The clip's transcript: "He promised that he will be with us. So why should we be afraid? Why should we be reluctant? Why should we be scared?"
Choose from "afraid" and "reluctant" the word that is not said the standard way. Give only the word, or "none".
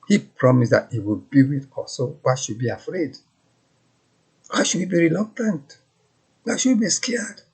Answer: none